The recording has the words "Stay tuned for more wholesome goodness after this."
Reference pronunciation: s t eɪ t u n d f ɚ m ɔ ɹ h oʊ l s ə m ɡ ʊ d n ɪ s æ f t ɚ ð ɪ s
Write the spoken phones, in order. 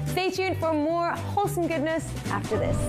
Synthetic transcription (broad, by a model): s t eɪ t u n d f ɚ m ɔ ɹ h oʊ l s ə m ɡ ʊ d n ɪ s æ f t ɚ ð ɪ s